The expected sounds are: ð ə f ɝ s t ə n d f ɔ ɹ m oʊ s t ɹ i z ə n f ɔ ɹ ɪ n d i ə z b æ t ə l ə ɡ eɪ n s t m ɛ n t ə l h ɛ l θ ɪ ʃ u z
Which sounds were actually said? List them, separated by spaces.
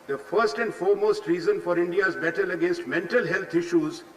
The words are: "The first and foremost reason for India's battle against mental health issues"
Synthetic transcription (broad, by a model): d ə f ɝ s t ə n d f ɔ ɹ m oʊ s t ɹ i z ə n f ɔ ɹ ɪ n d i ə z b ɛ t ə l ə ɡ eɪ n s t m ɛ n t ə l h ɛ l t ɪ ʃ u z